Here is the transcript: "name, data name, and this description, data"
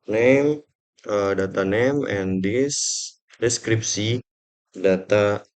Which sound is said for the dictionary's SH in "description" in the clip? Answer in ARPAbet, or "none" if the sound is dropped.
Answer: S